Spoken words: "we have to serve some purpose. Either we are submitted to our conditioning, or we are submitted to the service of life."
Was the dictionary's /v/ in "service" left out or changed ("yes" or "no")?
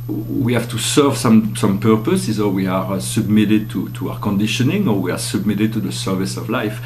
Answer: no